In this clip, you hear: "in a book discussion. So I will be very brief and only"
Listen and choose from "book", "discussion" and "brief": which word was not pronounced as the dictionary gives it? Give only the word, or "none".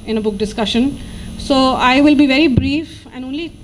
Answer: none